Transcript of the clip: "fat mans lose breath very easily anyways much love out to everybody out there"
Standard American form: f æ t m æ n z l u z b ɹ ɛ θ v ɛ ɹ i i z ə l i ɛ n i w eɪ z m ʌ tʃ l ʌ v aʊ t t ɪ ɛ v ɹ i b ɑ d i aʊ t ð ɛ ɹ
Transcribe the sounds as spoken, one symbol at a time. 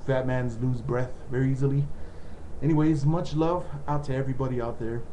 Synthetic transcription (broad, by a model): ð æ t m æ n z l u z b ɹ ɛ θ v ɛ ɹ i i z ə l i ɛ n i w eɪ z m ʌ tʃ l ʌ v aʊ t t ɪ ɛ v ɹ i b ɑ d i aʊ t ð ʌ ɹ